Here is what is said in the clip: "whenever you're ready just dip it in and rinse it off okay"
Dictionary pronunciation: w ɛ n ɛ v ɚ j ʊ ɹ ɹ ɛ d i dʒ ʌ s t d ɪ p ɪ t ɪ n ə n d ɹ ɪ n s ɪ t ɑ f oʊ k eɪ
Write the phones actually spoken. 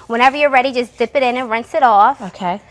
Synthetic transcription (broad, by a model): w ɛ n ɛ v ɚ j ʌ ɹ ɹ ɛ d i dʒ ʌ s d ɪ p ɪ t ɪ n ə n ɹ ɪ n s ɪ t ɑ f oʊ k eɪ